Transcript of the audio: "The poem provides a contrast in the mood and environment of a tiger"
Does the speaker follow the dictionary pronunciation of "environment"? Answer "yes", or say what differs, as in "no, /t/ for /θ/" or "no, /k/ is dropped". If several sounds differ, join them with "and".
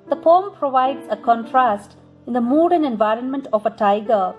yes